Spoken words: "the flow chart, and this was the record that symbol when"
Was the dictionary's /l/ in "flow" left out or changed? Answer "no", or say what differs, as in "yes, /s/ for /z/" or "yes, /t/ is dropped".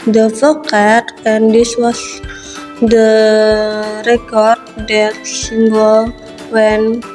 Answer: yes, /l/ is dropped